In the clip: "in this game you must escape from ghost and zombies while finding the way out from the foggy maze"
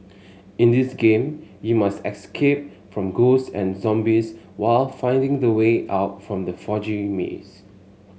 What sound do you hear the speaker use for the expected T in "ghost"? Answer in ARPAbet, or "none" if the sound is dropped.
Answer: none